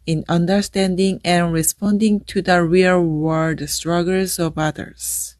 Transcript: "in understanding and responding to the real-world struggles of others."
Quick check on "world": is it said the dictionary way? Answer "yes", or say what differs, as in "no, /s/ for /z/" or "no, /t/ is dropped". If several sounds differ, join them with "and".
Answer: no, /l/ is dropped